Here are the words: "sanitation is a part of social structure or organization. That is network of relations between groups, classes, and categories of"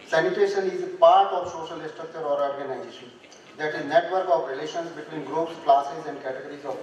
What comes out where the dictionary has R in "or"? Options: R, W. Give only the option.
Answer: R